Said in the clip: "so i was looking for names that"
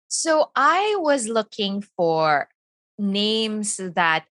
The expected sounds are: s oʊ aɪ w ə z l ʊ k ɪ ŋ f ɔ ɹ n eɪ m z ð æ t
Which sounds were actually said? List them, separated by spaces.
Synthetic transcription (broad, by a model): s oʊ aɪ w ə z l ʊ k ɪ ŋ f ɔ ɹ n eɪ m s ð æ t